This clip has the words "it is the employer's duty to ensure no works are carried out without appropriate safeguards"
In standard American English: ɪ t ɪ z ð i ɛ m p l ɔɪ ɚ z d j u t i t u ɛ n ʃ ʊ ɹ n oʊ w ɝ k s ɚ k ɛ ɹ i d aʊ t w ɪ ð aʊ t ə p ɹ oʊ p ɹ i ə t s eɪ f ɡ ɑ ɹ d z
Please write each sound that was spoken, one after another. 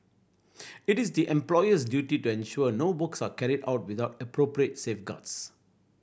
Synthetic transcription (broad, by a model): ɪ t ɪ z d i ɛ m p l ɔɪ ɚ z d j u t i t u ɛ n ʃ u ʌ n oʊ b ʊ k s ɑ k ɛ ɹ i d aʊ t w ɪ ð aʊ t ə p ɹ oʊ p ɹ i ə t s eɪ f ɡ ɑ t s